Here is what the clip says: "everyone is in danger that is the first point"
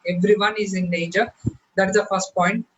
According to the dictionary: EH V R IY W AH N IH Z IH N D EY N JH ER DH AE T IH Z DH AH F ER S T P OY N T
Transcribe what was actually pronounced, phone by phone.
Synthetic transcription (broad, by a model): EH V R IY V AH N IH Z IH N EY JH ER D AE T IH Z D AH F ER S T P OY N T